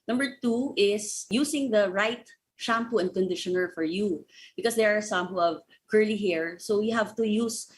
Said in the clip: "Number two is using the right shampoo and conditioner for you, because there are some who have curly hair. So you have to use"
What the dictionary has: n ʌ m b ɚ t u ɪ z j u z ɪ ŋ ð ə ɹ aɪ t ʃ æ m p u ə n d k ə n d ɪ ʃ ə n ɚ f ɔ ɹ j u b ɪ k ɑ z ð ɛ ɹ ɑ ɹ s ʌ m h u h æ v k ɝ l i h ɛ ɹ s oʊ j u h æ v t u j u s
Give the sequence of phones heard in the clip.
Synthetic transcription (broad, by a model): n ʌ m b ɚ t u ɪ s j u s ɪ ŋ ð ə ɹ aɪ t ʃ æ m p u ə n d k ə n d ɪ ʃ ə n ɚ f ɔ ɹ j u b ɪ k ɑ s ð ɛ ɹ ɑ ɹ s ʌ m h u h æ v k ɝ l i h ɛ ɹ s oʊ j u h æ v t u j u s